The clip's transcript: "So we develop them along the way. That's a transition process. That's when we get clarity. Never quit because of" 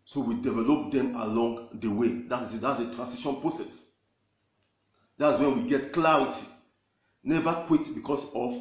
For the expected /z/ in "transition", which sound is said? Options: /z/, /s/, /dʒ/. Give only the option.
/s/